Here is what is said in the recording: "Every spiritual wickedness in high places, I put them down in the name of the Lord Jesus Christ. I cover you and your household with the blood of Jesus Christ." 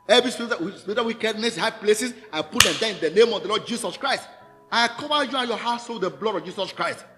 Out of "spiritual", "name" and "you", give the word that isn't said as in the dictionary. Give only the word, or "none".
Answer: spiritual